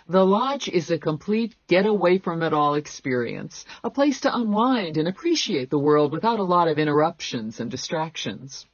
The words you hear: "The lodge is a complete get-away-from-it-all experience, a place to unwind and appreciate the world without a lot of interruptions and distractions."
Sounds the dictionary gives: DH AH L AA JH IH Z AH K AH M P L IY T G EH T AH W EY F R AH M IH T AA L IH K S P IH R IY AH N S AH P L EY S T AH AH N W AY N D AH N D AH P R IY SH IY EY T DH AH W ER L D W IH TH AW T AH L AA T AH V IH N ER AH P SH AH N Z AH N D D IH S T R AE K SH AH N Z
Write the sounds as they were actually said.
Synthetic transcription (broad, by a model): DH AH L AA JH IH Z AH K AH M P L IY T G EH T AH W EY F R AH M IH T AA L IH K S P IH R IY AH N S AH P L EY S T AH AH N W AY N D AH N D AH P R IY SH IY EY T DH AH W ER L D W IH TH AW T AH L AA T AH V IH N ER AH P SH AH N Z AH N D D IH S T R AE K SH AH N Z